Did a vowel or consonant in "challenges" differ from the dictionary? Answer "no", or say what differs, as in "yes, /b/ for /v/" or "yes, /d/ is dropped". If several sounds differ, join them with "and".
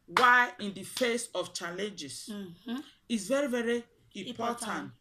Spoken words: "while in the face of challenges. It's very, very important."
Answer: yes, /s/ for /z/